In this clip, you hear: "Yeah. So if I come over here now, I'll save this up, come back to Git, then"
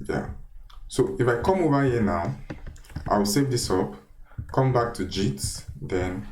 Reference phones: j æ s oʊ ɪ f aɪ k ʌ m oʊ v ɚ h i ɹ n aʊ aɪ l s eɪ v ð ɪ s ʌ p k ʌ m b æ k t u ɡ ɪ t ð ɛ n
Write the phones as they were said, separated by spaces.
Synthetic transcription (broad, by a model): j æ s oʊ ɪ f aɪ k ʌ m oʊ v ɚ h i n aʊ aɪ w s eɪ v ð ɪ s ʌ p k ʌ m b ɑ k t u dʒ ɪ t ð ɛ n